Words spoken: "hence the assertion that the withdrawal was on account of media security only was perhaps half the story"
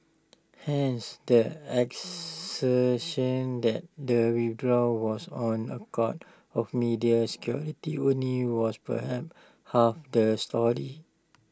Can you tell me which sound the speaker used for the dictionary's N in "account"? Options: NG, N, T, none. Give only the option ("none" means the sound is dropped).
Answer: none